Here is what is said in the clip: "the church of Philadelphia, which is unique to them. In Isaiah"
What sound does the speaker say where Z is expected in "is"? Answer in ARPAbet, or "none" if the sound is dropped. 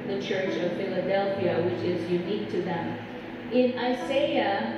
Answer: Z